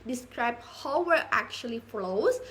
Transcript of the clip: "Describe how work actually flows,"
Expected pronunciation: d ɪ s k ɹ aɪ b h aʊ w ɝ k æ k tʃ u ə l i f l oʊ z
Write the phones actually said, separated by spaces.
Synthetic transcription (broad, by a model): d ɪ s k ɹ aɪ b h aʊ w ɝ æ k tʃ u ə l i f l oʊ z